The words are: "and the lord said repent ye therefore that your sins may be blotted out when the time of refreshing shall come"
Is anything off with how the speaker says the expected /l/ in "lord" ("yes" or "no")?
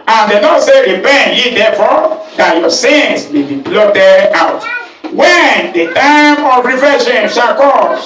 yes